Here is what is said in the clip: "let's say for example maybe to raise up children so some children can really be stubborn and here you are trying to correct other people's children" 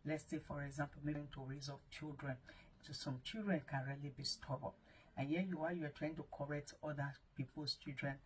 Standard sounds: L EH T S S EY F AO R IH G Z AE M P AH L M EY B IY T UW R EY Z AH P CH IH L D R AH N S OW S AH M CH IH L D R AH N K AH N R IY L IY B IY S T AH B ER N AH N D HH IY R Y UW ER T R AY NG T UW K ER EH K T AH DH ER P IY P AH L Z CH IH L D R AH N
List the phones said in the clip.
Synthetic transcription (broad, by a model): L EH T S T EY F AO R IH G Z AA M P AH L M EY IY T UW R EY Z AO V CH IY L D R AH N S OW S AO M CH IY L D R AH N K AH N R IY L IY B IY S T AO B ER AH N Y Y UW W Y UW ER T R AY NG T UW K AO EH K T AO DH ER P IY P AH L S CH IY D R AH N